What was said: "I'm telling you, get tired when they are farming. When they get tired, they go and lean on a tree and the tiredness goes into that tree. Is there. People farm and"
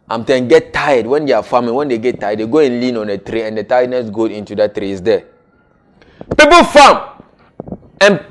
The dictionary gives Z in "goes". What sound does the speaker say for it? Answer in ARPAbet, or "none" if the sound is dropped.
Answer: none